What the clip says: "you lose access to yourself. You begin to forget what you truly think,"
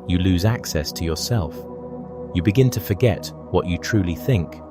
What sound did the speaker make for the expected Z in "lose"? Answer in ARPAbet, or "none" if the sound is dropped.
Z